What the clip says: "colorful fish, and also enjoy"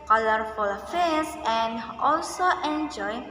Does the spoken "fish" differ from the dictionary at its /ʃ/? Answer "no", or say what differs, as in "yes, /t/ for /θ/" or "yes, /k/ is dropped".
yes, /s/ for /ʃ/